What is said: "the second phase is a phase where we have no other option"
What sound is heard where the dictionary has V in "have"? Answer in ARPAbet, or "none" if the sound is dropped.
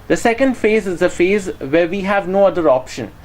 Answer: V